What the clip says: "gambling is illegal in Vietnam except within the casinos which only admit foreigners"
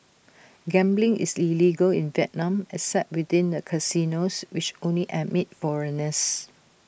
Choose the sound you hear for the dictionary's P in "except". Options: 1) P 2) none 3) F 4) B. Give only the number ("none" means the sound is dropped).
2